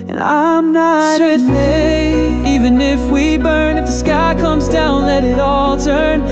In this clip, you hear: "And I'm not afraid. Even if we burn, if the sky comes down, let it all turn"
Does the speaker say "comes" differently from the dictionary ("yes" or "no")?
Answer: no